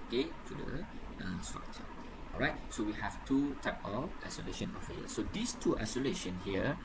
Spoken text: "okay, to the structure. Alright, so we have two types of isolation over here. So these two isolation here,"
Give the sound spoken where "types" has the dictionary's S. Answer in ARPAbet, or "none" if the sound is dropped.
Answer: none